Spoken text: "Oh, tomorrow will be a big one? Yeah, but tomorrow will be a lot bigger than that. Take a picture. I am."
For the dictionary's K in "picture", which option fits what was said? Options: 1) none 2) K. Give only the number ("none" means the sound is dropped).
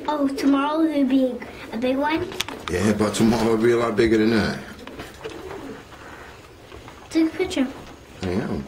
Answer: 1